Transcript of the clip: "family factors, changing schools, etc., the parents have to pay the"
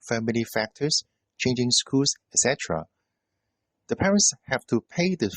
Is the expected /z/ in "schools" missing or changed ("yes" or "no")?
yes